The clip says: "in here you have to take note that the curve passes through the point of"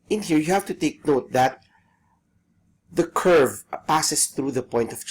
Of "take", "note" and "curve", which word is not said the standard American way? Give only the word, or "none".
none